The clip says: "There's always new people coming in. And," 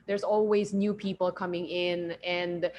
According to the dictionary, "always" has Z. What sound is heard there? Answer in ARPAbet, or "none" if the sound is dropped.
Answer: Z